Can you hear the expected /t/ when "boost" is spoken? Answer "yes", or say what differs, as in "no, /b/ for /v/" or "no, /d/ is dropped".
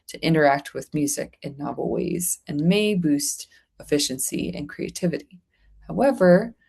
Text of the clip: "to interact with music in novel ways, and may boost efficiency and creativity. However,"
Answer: yes